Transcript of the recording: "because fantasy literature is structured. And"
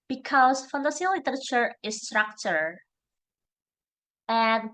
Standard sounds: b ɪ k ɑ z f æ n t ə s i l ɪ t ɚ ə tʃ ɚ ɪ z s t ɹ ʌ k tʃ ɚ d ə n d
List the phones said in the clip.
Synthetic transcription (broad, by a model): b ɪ k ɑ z f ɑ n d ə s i l ɪ t ɚ ə tʃ ɚ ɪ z s t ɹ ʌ k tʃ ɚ ə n